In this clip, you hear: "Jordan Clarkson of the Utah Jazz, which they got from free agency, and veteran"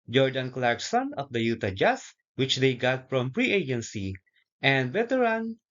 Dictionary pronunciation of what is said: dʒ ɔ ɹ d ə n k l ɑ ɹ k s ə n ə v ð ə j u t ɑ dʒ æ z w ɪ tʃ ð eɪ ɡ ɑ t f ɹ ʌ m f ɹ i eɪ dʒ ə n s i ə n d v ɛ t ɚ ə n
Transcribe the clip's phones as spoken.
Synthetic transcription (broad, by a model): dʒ ɔ ɹ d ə n k l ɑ ɹ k s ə n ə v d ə j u t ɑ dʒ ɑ s w ɪ tʃ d eɪ ɡ ɑ t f ɹ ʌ m p ɹ i eɪ dʒ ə n s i ə n d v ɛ t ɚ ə n